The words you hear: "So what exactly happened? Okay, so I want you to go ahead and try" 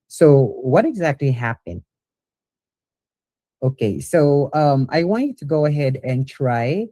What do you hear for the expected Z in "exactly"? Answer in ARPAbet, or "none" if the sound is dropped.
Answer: Z